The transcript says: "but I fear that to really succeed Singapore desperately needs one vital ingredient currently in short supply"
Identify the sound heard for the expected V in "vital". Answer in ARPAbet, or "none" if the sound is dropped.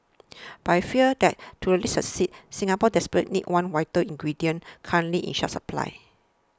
W